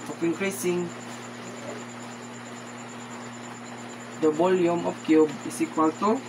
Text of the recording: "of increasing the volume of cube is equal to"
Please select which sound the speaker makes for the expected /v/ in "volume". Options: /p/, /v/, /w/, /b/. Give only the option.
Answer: /b/